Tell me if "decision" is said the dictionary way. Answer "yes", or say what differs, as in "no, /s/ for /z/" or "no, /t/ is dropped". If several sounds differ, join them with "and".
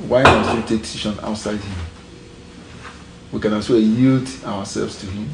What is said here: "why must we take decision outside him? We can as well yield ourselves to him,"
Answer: no, /ʃ/ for /ʒ/